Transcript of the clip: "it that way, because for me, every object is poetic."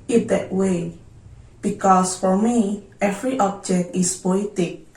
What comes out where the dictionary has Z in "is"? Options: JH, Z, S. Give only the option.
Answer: S